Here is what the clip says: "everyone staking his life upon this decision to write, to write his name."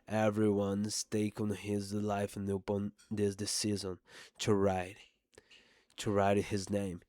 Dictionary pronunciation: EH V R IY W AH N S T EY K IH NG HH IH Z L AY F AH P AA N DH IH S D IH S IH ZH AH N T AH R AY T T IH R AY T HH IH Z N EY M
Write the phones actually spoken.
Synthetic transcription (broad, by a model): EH V R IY W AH N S T EY K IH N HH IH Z L AY F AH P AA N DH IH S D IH S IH Z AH N T AH R AY T T IH R AY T HH IH Z N EY M